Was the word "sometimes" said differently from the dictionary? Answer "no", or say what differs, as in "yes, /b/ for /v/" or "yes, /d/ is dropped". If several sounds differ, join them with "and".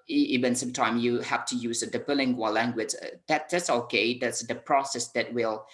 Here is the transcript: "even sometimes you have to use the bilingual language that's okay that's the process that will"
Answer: yes, /z/ is dropped